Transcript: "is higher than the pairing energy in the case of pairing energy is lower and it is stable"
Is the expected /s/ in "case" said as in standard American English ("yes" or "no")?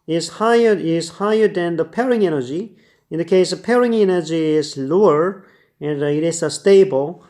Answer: no